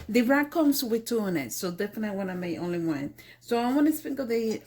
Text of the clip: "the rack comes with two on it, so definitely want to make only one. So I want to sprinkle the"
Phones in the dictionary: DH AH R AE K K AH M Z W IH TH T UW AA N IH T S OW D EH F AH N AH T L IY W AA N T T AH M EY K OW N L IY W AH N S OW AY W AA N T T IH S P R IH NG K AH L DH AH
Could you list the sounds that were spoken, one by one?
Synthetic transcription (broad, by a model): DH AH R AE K K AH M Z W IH T UW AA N IH T S OW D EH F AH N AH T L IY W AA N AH M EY OW N L IY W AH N S OW AY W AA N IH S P IH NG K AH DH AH